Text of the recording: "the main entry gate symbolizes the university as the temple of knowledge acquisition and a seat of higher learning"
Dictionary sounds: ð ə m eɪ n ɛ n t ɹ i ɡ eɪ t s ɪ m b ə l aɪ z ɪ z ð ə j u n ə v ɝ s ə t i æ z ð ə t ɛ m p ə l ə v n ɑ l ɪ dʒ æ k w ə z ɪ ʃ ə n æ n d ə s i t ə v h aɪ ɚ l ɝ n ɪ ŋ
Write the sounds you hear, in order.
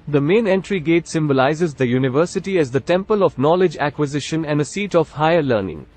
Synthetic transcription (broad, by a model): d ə m eɪ n ɛ n t ɹ i ɡ eɪ t s ɪ m b ə l aɪ z ɪ z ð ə j u n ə v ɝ s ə t i æ z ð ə t ɛ m p ə l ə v n ɑ l ɪ dʒ æ k w ə z ɪ ʃ ə n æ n d ə s i t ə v h aɪ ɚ l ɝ n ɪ ŋ